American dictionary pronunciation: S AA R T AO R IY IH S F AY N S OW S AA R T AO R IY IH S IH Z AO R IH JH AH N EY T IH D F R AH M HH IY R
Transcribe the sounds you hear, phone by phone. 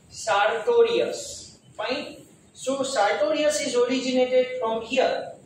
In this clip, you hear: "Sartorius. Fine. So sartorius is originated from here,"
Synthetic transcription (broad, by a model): S AA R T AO R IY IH S P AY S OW S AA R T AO R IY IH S IH Z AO R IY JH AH N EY T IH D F R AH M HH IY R